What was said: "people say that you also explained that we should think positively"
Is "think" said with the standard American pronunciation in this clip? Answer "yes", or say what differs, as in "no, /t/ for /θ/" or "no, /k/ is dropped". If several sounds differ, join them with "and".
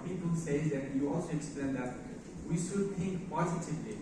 no, /t/ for /θ/